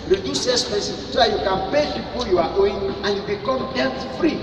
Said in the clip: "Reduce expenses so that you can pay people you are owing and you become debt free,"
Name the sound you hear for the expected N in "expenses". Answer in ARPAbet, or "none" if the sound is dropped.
none